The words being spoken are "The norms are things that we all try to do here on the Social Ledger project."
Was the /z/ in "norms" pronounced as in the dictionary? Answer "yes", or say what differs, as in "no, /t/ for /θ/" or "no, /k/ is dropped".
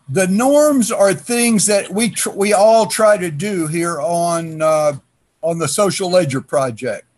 yes